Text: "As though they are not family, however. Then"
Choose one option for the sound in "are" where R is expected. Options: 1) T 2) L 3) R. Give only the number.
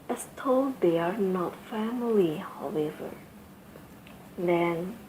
3